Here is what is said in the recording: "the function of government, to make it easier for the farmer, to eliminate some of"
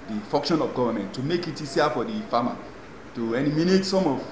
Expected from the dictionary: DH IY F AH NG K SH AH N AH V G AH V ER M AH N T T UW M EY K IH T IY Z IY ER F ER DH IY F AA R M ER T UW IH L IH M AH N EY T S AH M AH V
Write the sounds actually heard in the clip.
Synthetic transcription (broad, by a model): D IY F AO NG K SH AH N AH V G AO V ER M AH N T T UW M EY K IH T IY S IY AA F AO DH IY F AA M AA T UW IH N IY M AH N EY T S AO M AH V